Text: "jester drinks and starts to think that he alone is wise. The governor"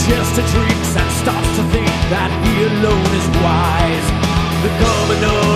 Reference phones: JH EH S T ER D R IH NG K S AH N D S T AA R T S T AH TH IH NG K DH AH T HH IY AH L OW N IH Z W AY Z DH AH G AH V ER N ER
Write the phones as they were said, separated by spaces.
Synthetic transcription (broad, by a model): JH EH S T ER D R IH K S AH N S T AA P S T AH TH IH NG K DH AH T HH IY AH L OW N IH Z W AY Z DH AH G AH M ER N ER